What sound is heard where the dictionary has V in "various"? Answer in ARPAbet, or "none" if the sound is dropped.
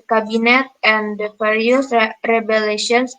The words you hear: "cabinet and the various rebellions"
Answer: F